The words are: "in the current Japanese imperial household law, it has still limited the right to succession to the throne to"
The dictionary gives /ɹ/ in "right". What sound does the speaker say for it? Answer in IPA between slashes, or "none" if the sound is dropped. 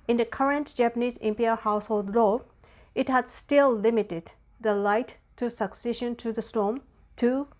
/l/